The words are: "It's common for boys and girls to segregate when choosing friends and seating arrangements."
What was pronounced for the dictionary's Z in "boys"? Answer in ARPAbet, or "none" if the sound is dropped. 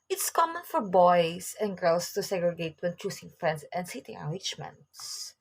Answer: S